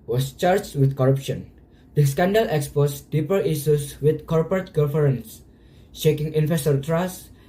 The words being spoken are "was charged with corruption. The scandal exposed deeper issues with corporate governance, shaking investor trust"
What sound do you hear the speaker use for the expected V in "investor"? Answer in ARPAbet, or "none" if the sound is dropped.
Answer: F